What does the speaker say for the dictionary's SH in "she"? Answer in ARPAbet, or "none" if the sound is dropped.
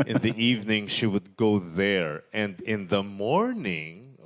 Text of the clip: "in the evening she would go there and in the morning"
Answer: SH